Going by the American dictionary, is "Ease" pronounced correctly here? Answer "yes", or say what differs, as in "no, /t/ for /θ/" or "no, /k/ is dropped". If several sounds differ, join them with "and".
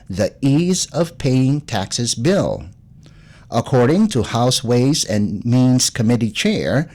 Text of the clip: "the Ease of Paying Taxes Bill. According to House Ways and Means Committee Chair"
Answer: yes